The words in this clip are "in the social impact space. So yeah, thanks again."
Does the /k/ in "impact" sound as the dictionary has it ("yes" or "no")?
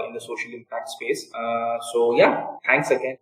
yes